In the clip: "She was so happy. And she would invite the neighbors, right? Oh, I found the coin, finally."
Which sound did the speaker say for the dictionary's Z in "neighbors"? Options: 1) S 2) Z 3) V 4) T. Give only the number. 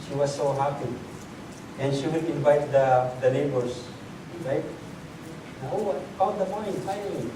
1